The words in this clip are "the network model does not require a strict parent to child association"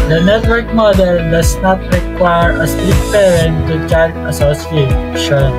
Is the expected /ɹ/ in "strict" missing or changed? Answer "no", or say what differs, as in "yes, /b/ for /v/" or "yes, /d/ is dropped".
yes, /ɹ/ is dropped